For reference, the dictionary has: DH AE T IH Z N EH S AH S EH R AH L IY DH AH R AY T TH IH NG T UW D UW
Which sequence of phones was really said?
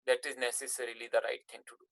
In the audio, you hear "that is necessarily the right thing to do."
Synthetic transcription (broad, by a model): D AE T IH Z N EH S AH S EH R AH L IY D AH R AY T T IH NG T UW D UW